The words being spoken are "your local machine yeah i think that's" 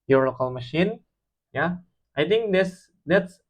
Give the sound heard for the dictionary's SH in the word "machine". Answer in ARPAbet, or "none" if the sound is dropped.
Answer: SH